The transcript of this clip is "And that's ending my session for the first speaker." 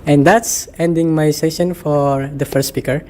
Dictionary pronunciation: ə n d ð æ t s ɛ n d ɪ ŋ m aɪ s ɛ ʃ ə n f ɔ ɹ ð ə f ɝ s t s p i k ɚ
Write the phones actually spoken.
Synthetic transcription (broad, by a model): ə n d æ t s ɛ n d ɪ ŋ m aɪ s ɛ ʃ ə n f ɔ ɹ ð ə f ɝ t s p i k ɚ